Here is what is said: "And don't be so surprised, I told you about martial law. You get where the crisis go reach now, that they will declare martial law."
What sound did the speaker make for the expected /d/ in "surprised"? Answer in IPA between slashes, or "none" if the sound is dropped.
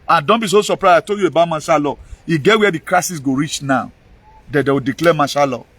none